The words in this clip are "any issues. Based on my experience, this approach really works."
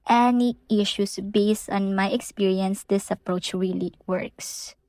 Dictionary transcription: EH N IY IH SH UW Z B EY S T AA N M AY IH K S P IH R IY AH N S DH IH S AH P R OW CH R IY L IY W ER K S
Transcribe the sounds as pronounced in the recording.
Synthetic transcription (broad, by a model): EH N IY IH SH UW S B EY S T AA N M AY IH K S P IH R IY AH N S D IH S AH P R OW CH R IY L IY W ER K S